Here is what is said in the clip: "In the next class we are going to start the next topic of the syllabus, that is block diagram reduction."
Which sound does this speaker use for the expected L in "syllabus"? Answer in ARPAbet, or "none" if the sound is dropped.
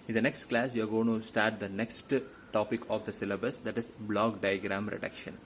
L